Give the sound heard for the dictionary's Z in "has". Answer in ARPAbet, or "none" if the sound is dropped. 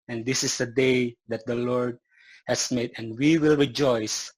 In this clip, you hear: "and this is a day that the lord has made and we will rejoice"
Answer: S